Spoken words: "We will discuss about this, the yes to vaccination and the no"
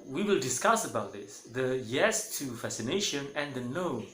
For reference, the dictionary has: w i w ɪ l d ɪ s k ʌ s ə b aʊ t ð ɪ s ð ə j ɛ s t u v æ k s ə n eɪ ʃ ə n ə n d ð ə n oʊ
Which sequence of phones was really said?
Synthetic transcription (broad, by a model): w i w ɪ l d ɪ s k ʌ s ə b aʊ t ð ɪ s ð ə j ɛ s t u f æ s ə n eɪ ʃ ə n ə n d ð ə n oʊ